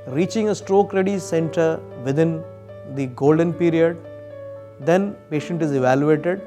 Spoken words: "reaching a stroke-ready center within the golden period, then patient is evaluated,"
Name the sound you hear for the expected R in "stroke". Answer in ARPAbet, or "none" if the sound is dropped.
R